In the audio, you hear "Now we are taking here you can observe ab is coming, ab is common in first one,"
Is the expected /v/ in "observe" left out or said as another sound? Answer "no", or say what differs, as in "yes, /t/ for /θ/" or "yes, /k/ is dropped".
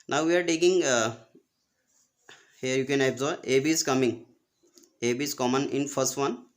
yes, /v/ is dropped